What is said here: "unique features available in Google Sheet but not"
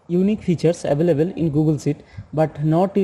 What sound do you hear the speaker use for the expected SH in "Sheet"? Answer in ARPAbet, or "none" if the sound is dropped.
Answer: S